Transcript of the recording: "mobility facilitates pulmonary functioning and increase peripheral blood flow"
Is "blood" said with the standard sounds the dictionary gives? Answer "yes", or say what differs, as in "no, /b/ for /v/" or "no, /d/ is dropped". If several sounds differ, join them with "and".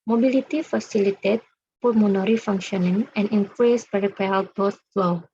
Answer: no, /l/ is dropped